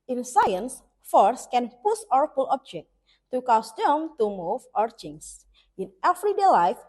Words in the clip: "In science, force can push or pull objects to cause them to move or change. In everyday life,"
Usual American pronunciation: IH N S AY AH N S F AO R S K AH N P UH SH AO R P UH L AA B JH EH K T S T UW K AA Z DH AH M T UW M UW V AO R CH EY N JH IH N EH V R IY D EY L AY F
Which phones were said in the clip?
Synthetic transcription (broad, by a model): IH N S AY AH N S F AO R S K AH N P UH S AO R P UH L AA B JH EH K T T UW K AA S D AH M T UW M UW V AO R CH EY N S IH N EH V R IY D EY L AY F